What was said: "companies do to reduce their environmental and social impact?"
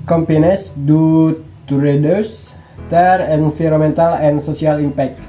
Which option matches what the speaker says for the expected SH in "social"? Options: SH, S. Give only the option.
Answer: S